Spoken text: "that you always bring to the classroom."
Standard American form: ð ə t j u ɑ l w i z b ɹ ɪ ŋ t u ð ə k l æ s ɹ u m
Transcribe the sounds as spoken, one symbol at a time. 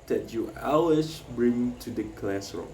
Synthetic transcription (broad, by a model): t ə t j u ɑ w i s b ɹ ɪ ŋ t u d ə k l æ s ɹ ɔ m